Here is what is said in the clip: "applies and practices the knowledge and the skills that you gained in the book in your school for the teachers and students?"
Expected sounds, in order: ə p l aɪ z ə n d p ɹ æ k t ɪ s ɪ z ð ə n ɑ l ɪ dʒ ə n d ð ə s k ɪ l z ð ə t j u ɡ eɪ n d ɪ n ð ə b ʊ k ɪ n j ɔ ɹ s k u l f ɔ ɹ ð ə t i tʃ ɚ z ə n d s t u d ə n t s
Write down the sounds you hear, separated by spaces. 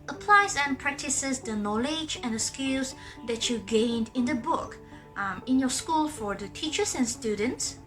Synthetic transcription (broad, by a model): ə p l aɪ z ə n p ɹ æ k t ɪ s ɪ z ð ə n ɑ l ɪ dʒ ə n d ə s k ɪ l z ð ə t j u ɡ eɪ n d ɪ n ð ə b ʊ k ɪ n j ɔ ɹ s k u l f ɔ ɹ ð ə t i tʃ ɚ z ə n s t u d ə n t s